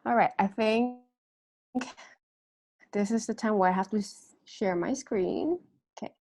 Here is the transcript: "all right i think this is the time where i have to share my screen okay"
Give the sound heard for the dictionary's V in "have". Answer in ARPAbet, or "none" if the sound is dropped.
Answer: F